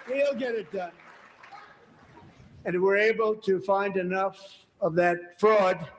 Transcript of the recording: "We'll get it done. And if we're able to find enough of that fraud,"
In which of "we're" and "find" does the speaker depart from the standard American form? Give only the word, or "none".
none